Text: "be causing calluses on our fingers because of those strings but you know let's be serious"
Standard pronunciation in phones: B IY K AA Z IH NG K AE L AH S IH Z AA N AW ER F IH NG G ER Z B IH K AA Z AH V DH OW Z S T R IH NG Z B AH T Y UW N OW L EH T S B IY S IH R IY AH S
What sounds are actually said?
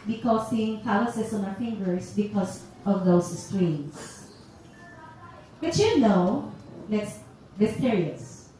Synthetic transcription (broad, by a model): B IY K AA S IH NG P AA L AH S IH S AA N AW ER F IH NG G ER S B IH K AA S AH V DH OW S S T R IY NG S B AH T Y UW N OW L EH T S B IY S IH R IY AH S